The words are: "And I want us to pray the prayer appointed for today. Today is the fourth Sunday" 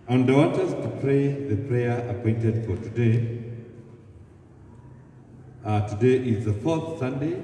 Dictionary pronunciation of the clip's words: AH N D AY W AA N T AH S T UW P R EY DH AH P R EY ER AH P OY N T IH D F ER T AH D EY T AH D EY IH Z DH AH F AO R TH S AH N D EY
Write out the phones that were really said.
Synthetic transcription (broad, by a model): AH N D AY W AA T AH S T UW P R EY DH AH P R EY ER AH P OY N T IH D F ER T AH D EY T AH D EY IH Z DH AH F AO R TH S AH N D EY